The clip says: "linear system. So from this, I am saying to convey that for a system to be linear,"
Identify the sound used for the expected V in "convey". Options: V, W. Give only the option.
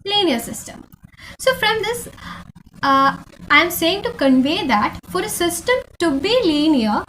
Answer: V